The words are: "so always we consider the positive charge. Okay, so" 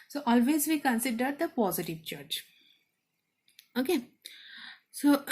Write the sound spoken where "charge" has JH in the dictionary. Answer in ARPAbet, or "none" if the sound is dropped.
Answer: CH